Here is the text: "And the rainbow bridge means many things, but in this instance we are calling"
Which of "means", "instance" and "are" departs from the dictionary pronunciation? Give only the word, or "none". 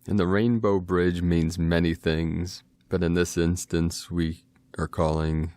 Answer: none